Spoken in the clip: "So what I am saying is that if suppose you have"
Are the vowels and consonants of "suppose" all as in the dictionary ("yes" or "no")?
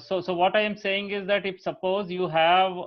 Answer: yes